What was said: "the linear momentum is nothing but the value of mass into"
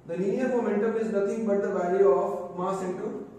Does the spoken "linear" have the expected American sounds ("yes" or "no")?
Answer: no